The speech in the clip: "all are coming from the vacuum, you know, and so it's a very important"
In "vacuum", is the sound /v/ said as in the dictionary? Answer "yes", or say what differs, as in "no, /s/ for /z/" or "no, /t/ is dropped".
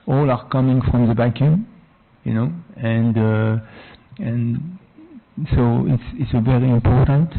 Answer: no, /b/ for /v/